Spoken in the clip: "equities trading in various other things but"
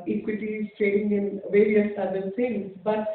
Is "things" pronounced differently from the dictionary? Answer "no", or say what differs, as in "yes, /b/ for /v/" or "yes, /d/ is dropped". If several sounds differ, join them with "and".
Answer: yes, /s/ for /θ/